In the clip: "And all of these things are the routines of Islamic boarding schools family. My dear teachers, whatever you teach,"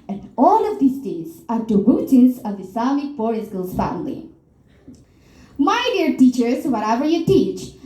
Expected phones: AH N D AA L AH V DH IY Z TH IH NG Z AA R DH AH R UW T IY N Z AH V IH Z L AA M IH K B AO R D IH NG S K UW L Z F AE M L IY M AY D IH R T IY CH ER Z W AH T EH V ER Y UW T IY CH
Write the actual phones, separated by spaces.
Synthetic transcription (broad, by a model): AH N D AA L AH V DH IY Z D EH Z AA R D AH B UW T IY Z AH V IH S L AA M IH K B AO R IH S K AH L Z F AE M L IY M AY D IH R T IY CH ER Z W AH T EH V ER Y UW T IY CH